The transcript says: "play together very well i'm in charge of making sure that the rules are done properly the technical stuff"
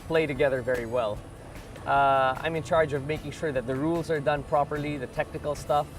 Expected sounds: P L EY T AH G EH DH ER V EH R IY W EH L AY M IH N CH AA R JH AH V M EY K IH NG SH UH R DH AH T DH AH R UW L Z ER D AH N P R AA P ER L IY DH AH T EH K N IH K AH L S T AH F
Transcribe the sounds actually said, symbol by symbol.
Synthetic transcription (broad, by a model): P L EY T AH G EH DH ER V EH R IY W EH L AY M IH N CH AA R JH AH V M EY K IH NG SH UH R DH AH T DH AH R UW L Z ER D AH N P R AA P ER L IY DH AH T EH K N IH K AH L S T AH F